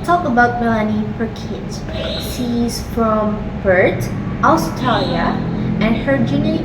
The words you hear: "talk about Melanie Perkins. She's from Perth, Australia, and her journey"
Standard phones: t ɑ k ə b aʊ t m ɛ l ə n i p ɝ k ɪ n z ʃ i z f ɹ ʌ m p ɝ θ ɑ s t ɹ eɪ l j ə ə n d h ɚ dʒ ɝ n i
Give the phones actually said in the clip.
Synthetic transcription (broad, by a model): t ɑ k ə b aʊ t m ɛ l ə n i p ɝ k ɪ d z s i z f ɹ ʌ m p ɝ t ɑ s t eɪ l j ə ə n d h ɚ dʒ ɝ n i